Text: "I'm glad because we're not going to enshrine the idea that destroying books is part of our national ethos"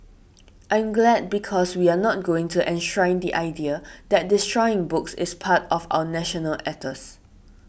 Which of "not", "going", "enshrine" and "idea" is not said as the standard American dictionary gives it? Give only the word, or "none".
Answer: none